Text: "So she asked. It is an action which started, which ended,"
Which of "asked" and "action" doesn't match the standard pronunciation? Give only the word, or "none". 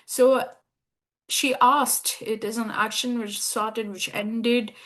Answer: none